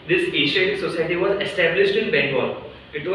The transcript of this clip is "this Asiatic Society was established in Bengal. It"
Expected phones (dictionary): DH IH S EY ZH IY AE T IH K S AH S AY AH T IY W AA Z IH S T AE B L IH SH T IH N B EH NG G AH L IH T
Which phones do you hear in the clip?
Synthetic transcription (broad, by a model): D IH S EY SH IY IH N S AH S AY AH T IY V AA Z IH S T AE B L IH SH T IH N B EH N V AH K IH T